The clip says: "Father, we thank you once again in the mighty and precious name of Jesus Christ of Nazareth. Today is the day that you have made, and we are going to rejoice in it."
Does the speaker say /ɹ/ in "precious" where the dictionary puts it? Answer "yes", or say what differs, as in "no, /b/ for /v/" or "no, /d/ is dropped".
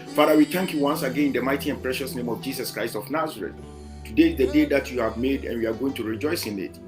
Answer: yes